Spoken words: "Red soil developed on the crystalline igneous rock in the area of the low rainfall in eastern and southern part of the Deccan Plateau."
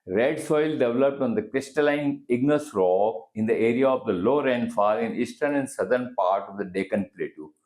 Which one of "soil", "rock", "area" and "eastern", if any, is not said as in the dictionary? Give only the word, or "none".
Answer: rock